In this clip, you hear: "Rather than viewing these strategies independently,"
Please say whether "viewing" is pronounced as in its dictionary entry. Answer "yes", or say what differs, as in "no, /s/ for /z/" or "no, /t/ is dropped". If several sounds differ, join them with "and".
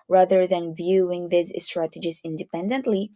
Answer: yes